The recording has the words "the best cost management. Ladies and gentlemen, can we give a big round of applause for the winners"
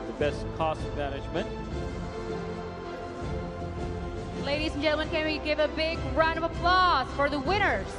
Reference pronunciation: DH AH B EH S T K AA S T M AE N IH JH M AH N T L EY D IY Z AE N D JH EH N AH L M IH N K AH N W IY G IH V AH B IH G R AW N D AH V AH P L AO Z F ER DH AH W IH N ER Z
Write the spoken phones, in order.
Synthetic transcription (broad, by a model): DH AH B EH S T K AA S T M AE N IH JH M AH N T L EY D IY Z N JH EH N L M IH N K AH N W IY G IH V AH B IH G R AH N AH V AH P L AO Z F ER DH AH W IH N ER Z